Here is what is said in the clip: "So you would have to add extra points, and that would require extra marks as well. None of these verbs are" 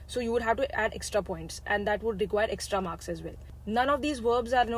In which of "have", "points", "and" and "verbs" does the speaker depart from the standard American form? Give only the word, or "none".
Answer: none